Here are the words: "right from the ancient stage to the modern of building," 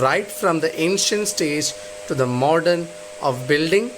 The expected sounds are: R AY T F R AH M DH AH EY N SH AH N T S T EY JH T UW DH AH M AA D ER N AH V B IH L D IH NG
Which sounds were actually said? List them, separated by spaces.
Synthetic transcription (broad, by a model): R AY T F R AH M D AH EY N SH AH N T S T EY JH T UW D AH M AA D ER N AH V B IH L D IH NG